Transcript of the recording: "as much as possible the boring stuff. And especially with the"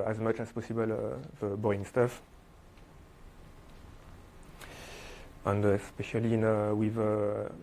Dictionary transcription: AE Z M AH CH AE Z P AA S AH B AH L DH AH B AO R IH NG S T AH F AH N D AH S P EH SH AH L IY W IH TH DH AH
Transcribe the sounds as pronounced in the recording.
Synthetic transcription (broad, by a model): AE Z M AH CH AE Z P AA S AH B AH L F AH B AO IH NG S T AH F AH N D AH S P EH SH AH L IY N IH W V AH